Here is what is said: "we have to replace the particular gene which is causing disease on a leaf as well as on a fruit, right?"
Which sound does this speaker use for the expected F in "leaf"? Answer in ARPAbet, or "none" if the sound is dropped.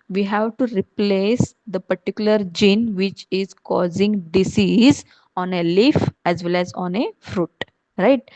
F